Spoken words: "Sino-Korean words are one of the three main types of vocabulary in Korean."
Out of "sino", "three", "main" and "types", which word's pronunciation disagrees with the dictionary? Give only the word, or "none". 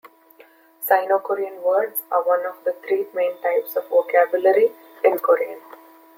three